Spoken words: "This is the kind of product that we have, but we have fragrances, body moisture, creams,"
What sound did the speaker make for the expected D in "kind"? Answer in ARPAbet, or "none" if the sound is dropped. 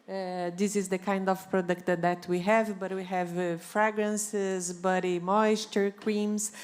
D